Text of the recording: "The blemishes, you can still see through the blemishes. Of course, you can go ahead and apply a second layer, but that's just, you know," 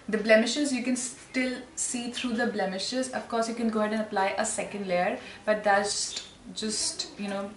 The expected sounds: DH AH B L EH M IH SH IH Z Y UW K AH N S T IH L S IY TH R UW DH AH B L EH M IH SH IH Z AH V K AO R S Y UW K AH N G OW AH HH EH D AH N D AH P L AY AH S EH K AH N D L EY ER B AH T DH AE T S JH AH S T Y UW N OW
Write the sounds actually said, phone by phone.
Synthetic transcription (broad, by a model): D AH B L EH M IH SH IH Z Y UW K AH N S T IH L S IY T R UW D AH B L EH M IH SH IH Z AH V K AO R S Y UW K AH N G OW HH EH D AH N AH P L AY AH S EH K AH N D L EY ER B AH T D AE S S JH AH S T Y UW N OW